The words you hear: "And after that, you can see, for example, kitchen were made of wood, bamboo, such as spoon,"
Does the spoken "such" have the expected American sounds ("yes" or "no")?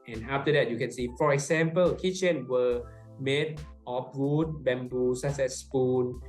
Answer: no